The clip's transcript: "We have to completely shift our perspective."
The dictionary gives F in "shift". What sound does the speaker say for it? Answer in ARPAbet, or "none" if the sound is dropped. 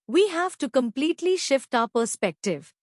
F